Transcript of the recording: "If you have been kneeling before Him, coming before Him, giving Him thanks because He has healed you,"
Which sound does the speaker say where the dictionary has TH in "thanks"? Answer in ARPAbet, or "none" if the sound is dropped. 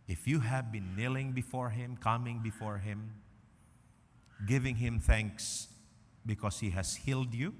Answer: TH